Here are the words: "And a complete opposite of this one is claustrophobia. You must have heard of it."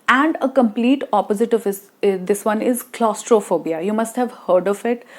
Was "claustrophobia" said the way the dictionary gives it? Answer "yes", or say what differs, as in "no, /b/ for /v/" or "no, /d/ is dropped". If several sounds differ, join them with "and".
yes